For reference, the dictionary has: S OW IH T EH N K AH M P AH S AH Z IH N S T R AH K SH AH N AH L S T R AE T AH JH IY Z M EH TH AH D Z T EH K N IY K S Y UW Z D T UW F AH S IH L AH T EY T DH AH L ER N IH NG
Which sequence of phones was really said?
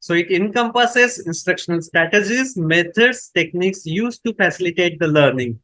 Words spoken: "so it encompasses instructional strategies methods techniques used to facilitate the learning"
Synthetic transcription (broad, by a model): S OW IH T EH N K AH M P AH S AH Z IH N S T R AH K SH AH N AH L S T R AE T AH JH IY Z M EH T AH D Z T EH K N IY K S Y UW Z T UW F AH S IH L AH T EY T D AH L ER N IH NG